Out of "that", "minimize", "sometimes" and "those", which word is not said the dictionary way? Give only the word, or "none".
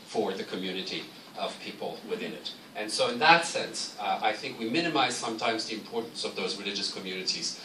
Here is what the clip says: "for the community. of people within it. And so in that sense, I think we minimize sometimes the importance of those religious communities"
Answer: none